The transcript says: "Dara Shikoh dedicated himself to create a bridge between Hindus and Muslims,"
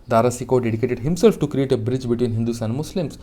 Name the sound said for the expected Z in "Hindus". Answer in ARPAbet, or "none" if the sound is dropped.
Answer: S